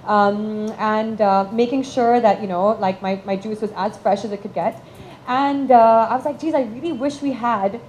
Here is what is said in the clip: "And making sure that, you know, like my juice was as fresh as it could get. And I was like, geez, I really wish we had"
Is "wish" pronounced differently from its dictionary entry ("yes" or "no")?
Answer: no